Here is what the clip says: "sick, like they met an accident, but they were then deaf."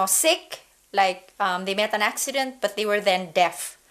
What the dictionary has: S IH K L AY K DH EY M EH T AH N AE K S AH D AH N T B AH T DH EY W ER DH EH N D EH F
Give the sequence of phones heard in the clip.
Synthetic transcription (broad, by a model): S IH K L AY K DH EY M EH T AH N AE K S AH D AH N T B AH T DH EY W ER DH EH N D EH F